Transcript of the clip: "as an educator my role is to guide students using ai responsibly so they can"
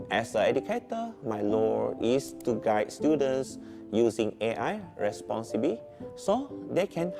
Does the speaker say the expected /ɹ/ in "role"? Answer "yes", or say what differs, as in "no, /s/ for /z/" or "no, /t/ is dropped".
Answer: no, /l/ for /ɹ/